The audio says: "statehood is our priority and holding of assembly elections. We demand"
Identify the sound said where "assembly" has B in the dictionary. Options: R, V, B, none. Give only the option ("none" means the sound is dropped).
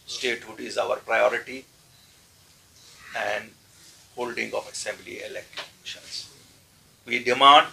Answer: B